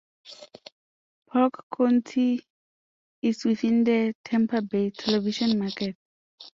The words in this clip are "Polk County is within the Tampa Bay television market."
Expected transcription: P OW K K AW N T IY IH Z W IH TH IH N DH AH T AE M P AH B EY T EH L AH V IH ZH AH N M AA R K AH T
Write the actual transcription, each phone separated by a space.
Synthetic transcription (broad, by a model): P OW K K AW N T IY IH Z W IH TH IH N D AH T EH M P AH B EY T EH L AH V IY SH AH N M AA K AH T